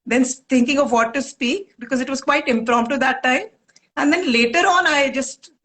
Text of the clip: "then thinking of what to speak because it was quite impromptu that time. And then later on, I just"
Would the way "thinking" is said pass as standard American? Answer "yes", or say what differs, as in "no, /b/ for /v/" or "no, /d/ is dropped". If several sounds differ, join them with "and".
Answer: no, /t/ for /θ/